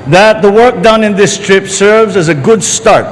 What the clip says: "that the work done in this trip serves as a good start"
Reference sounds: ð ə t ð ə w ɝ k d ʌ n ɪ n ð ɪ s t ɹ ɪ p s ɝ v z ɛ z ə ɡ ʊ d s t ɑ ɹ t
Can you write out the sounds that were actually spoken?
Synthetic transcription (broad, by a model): ð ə t ð ə w ɝ k d ʌ n ɪ n ð ɪ s t ɹ ɪ p s ɝ v z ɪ z ə ɡ ʊ d s t ɑ ɹ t